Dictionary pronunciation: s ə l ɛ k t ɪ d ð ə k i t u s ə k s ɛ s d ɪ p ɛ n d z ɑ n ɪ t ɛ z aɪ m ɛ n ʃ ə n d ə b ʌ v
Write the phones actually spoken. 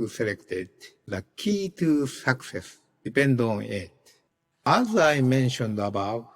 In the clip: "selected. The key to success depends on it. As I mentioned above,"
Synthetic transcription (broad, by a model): s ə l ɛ k t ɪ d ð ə k i t u s ə k s ɛ s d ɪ p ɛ n d ɑ n ɪ t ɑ z aɪ m ɛ n ʃ ə n d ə b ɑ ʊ